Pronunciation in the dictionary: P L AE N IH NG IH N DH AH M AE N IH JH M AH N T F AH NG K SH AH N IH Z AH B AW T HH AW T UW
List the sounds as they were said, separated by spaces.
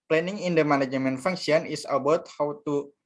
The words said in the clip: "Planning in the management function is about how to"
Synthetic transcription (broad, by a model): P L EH N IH NG IH N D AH M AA N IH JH M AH N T F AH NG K S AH N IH S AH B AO T HH AW T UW